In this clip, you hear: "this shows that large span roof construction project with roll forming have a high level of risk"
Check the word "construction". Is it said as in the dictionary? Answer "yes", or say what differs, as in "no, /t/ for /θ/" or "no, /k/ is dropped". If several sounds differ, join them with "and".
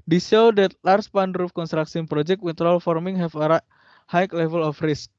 no, /s/ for /ʃ/